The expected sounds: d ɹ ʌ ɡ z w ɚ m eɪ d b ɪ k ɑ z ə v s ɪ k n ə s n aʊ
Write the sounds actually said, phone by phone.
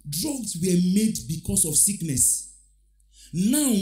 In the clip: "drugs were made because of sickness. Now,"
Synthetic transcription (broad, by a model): d ɹ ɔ ɡ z w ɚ m eɪ d b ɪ k ɑ s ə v s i k n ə s n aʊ